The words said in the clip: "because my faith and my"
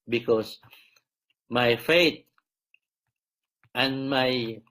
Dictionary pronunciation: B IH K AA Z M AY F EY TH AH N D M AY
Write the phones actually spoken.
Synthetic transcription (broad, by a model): B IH K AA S M AY F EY T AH N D M AY